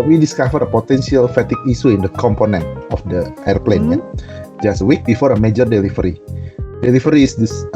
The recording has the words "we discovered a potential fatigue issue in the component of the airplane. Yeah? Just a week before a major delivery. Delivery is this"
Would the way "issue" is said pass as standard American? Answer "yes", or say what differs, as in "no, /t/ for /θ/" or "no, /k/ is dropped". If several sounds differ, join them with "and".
no, /s/ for /ʃ/